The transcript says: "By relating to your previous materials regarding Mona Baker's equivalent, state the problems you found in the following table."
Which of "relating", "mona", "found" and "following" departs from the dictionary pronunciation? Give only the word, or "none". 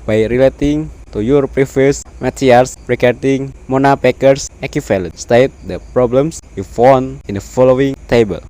found